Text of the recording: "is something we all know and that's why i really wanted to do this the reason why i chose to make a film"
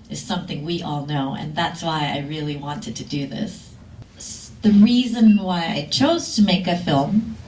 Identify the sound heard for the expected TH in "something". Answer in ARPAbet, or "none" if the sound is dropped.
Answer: TH